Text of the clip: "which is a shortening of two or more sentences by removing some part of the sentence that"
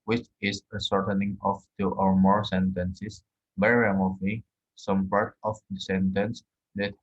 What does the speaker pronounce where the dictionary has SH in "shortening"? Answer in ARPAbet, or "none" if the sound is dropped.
S